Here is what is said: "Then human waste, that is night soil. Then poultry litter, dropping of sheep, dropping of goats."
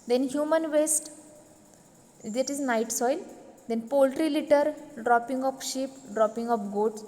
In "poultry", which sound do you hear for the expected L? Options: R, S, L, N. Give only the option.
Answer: L